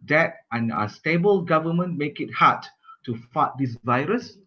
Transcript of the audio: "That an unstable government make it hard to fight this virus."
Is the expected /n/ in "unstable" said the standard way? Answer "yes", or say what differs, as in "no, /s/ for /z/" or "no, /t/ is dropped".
no, /n/ is dropped